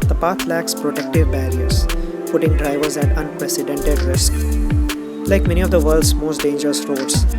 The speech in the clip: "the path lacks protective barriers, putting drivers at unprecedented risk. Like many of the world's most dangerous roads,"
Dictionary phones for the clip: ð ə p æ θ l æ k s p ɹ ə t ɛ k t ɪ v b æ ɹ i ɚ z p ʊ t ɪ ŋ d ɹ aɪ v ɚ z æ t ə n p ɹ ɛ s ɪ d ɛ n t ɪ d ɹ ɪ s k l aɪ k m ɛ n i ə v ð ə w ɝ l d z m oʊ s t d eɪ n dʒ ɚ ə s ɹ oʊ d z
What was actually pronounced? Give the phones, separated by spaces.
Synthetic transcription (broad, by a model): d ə p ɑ t l æ k s p ɹ ə t ɛ k t ɪ v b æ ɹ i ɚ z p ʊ t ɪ ŋ d ɹ aɪ v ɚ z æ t ə n p ɹ ɛ s ɪ d ɛ n t ɪ d ɹ ɪ s k l aɪ k m ɛ n i ə v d ə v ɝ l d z m oʊ s t d eɪ n dʒ ɚ ə s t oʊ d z